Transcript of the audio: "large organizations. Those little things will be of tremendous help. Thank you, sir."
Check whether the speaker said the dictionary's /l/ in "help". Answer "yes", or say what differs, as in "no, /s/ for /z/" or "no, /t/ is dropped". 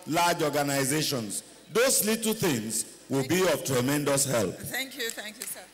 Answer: yes